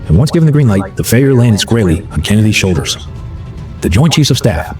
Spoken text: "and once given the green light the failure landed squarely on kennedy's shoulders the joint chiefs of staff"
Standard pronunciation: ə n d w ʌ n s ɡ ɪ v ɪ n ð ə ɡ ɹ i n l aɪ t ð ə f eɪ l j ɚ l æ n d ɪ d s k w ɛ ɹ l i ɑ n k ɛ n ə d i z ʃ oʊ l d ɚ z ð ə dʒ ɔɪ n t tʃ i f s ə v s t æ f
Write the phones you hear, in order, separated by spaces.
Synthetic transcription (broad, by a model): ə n w ʌ n s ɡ ɪ v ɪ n ð ə ɡ ɹ i n l aɪ t ð ə f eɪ j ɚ l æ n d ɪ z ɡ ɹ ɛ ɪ l i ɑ n k ɛ n ə d i z ʃ oʊ l d ɚ z ð ə dʒ ɔɪ n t tʃ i s ə v s t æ f